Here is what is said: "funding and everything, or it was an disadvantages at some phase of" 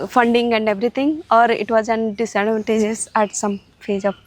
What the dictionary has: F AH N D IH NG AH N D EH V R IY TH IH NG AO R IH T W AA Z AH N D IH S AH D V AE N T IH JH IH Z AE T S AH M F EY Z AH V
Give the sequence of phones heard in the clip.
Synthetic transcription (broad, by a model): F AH N D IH NG AH N D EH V R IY T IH NG AO R IH T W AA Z AH N D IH S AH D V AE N T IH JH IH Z AE T S AH M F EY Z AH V